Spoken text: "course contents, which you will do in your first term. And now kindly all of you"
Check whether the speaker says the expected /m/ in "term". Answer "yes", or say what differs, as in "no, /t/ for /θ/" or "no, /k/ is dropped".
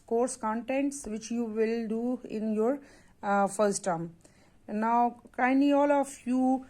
no, /m/ is dropped